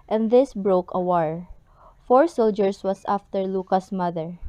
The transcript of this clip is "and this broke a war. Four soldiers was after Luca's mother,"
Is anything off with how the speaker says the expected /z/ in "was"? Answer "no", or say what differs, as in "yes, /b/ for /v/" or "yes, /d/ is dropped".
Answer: yes, /s/ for /z/